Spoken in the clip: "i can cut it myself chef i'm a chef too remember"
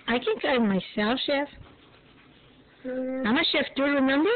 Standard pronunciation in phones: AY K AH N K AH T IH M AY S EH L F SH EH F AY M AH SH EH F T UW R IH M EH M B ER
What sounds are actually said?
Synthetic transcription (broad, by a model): AY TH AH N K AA IH M AY S EH L F SH EH F AY M AH SH EH F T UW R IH M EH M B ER